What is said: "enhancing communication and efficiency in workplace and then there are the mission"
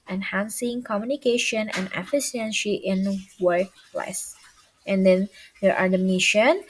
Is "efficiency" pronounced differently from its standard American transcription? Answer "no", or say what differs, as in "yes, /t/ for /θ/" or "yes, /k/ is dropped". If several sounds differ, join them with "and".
yes, /ʃ/ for /s/